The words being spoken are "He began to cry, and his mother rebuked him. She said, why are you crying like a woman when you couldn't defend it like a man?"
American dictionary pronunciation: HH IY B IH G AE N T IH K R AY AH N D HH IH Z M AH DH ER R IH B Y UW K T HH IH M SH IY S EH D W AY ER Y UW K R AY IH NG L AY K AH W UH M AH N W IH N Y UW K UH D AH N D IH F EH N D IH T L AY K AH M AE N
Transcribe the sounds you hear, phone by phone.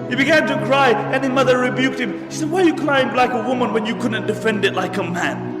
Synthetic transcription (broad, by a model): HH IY B IH G AE N T IH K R AY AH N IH M AH DH ER R IH B Y UW K T HH IH M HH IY S EH D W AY Y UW K L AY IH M L AY K AH W UH M AH N W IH N Y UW K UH D N D IH F EH N D IH T L AY K AH M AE N